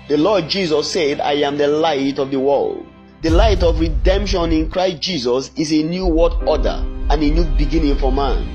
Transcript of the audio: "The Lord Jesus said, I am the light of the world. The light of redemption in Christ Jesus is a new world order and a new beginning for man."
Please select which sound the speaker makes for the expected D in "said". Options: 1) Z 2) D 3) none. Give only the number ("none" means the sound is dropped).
2